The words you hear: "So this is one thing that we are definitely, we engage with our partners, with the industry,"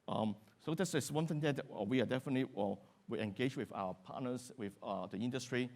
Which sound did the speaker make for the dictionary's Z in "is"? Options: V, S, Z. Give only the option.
S